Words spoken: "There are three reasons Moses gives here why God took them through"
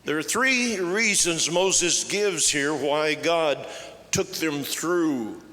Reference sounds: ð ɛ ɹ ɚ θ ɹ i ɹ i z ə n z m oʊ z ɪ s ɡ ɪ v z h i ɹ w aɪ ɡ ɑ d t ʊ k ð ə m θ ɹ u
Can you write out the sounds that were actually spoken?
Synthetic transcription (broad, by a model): ð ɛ ɹ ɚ θ ɹ i ɹ i z ə n z m oʊ z ɪ s ɡ ɪ v z h i ɹ w aɪ ɡ ɑ d t ʊ k ð ə m θ ɹ u